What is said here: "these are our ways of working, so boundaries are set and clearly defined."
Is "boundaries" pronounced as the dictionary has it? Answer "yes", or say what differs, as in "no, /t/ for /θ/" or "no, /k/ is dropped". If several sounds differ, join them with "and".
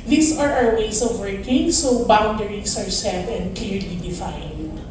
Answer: no, /s/ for /z/